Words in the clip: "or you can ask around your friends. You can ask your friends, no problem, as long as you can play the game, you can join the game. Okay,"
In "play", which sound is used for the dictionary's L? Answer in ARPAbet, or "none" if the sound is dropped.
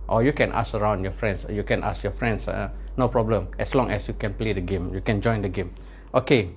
L